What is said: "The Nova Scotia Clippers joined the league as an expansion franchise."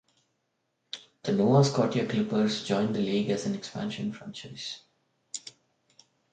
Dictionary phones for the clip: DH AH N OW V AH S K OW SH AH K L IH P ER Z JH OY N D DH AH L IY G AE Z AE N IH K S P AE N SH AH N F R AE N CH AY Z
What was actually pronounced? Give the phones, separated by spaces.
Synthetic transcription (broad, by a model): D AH N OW AH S K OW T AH K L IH P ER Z JH OY N D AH L IY G AE Z AE N IH K S P AE N SH AH N F R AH N CH AY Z